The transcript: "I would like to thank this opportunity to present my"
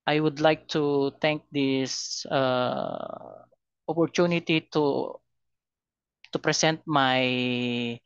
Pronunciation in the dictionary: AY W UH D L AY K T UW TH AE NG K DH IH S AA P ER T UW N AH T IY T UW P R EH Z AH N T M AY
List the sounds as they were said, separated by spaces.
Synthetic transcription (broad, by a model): AY W UH D L AY K T UW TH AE NG K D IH S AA P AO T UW N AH T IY T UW P R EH S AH N T M AY